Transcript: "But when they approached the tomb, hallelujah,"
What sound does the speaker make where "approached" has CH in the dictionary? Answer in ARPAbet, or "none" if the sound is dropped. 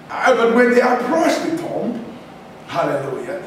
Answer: S